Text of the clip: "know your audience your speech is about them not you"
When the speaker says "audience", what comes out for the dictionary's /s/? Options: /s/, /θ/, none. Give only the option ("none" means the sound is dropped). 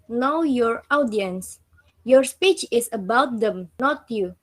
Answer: /s/